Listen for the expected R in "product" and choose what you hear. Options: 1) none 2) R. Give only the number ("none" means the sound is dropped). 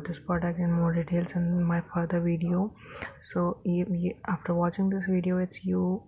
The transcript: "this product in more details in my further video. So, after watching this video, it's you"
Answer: 1